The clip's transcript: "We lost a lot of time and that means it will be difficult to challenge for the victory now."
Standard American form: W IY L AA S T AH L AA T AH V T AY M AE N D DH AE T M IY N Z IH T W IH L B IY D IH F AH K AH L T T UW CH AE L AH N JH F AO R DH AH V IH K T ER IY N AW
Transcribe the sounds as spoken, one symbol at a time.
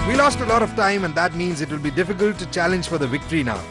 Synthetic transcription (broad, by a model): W IY L AA S T AH L AA T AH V T AY M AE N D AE T M IY N Z IH T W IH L B IY D IH F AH K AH L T T UW CH AE L AH N JH F AO R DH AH V IH K T ER IY N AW